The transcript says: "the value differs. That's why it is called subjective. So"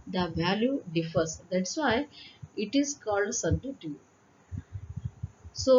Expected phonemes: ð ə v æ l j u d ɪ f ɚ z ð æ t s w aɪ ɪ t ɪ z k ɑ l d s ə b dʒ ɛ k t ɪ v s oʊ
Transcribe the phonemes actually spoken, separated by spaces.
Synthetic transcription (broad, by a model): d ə v æ l j u d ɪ f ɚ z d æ t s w aɪ ɪ t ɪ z k ɑ l d s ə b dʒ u t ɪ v s oʊ